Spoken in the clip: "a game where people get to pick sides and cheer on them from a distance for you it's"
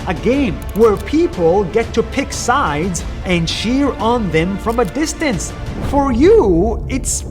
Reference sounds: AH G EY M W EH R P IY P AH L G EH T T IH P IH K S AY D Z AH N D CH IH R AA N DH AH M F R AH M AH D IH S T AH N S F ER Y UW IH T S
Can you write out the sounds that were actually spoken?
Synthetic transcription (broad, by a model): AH G EY M W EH R P IY P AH L G EH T T IH P IH K S AY D Z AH N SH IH R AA N DH AH M F R AH M AH D IH S T AH N S F ER Y UW IH T S